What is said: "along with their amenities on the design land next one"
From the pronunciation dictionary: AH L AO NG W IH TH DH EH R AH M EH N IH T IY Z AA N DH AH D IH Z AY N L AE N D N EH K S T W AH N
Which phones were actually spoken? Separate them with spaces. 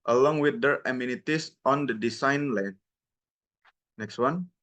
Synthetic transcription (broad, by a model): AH L AO NG W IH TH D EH R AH M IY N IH T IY S AA N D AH D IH S AY N L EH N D N EH K S T W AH N